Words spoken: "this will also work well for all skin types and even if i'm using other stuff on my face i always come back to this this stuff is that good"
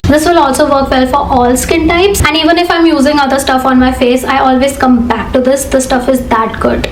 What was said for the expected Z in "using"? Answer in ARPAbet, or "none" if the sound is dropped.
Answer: Z